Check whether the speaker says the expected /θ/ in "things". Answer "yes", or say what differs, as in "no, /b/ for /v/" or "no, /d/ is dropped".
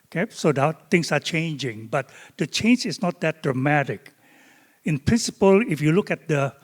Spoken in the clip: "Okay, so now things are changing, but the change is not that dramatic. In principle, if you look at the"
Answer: no, /t/ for /θ/